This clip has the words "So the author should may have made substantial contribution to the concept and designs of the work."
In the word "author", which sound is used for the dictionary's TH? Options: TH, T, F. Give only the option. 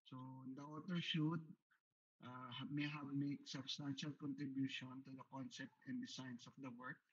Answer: T